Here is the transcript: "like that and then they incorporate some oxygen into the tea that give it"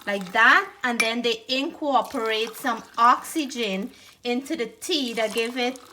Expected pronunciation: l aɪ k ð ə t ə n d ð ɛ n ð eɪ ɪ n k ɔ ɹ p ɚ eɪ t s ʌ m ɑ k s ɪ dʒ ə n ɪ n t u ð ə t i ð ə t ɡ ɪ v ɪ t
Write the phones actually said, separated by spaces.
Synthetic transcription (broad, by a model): l aɪ k ð ə t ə n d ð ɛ n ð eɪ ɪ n k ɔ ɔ p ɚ eɪ t s ʌ m ɑ k s ɪ dʒ ə n ɪ n t u ð ə t i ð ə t ɡ ɪ v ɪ t